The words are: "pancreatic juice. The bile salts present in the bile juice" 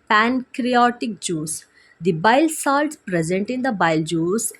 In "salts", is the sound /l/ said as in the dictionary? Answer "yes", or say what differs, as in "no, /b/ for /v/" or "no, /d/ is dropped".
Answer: yes